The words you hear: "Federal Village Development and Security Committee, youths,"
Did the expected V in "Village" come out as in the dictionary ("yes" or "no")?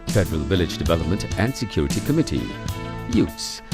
yes